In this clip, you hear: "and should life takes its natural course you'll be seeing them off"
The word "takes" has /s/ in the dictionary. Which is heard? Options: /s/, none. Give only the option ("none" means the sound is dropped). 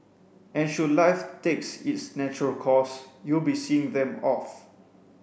/s/